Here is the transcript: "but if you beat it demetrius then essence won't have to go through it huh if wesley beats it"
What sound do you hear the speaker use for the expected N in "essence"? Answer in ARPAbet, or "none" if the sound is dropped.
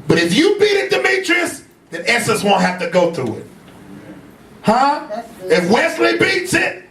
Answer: none